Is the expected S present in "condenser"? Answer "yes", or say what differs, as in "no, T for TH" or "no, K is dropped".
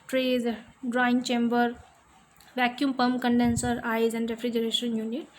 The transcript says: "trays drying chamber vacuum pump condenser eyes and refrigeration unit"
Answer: yes